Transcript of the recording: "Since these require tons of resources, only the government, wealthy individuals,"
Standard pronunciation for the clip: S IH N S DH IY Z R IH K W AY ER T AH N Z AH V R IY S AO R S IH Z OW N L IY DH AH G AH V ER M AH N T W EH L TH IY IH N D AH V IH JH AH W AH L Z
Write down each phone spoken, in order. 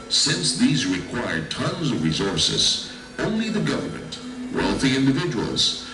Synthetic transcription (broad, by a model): S IH N S DH IY Z R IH K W AY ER T AH N Z AH V R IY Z AO R S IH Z OW N L IY DH AH G AH V ER M AH N T W EH L TH IY IH N D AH V IH JH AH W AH L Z